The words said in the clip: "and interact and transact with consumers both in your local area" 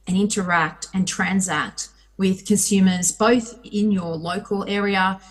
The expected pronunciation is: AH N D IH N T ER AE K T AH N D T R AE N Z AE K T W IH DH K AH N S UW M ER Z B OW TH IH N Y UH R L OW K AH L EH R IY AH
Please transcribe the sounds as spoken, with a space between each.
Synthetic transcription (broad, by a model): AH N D IH N T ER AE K T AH N T R AE N Z AE K T W IH DH K AH N S UW M ER Z B OW TH IH N Y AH R L OW K AH L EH R IY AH